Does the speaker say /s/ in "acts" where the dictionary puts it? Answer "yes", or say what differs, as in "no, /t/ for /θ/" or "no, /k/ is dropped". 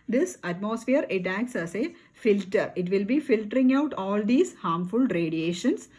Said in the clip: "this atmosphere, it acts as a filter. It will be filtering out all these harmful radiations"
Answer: yes